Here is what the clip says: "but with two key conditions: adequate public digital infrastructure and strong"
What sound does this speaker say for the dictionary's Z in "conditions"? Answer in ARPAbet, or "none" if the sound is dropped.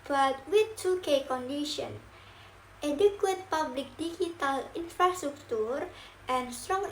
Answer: none